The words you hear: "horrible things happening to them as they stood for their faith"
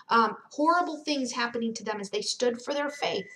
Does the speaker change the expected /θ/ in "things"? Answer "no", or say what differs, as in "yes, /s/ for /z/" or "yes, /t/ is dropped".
no